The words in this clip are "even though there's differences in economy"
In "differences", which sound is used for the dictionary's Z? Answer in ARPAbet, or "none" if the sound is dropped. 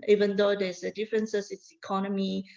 S